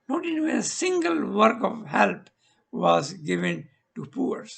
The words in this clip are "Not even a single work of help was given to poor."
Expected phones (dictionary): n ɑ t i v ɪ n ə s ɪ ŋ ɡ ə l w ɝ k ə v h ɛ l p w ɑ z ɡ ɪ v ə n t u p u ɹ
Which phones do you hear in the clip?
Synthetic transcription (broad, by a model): n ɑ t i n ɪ ə s ɪ ŋ ɡ ə l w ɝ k ə v h ɛ l p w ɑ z ɡ ɪ v ə n t u p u ɹ